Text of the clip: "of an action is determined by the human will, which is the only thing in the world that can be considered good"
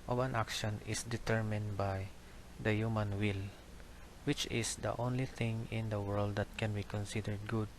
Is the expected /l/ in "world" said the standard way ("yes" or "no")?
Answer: yes